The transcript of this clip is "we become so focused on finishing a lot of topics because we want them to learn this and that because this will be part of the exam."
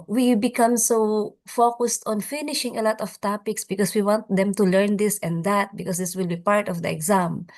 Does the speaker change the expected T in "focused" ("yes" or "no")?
no